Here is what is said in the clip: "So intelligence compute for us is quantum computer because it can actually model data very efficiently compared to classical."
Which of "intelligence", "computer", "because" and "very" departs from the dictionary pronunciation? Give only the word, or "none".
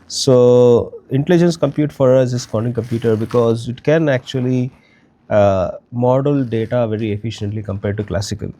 none